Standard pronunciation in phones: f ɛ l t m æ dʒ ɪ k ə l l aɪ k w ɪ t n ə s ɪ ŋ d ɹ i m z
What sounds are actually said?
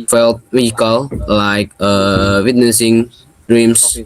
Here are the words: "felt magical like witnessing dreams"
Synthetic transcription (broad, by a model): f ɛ l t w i ɪ k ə l l aɪ k w ɪ t n ə s ɪ ŋ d ɹ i m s